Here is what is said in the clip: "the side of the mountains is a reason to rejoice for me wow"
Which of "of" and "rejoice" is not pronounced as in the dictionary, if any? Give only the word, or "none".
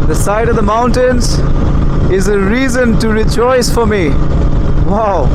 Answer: none